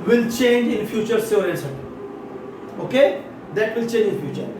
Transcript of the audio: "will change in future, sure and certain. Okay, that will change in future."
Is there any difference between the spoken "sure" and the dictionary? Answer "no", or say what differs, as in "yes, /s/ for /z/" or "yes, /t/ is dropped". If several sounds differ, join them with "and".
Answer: yes, /s/ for /ʃ/